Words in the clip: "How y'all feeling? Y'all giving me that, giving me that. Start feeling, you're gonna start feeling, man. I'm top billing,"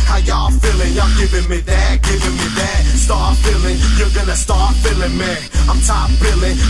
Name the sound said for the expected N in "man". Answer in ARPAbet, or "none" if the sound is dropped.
none